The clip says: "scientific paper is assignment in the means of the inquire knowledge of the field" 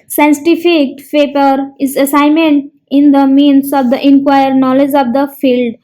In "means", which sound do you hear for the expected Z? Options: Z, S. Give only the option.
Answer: S